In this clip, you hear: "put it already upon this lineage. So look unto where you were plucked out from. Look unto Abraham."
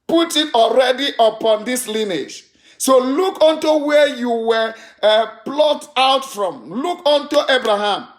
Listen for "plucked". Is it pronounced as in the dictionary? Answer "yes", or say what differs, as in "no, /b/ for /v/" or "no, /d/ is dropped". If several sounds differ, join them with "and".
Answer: no, /k/ is dropped